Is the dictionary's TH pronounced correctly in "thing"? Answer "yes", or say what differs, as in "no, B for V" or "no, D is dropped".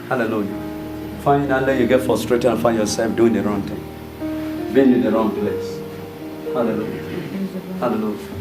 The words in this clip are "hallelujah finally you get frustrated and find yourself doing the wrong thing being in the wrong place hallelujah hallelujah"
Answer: no, T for TH